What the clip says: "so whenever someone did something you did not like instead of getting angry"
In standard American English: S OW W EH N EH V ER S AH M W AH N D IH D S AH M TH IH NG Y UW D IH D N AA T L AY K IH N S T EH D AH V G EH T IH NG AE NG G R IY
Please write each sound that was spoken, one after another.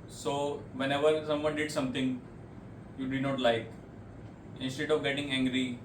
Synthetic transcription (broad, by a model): S OW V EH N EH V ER S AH M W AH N D IH D S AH M T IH NG Y UW D IH D N AA T L AY K IH N S T EH D AH V G EH T IH NG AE NG G R IY